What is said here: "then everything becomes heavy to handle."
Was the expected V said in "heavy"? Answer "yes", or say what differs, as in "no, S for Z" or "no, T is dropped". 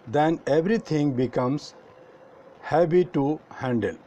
no, B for V